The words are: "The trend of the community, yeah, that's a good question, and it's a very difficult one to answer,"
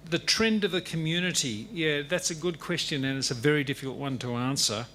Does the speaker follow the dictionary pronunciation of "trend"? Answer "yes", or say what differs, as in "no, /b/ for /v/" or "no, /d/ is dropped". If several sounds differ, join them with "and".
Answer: yes